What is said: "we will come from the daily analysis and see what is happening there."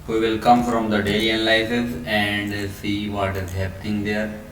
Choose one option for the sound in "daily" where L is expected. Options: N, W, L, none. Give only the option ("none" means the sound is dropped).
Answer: none